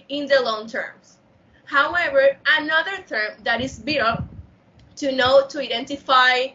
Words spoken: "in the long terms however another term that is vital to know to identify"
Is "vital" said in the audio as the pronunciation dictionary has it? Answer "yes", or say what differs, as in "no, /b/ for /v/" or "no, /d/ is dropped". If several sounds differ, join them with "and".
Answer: no, /b/ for /v/